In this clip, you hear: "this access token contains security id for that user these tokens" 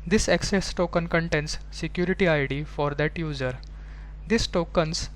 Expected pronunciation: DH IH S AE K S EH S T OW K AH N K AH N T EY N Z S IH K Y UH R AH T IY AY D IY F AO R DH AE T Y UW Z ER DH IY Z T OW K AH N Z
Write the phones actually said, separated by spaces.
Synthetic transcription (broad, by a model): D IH S AE K S EH S T OW K AH N K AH N T EY N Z S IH K Y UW R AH T IY AY D IY F AO R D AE T Y UW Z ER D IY S T OW K AH N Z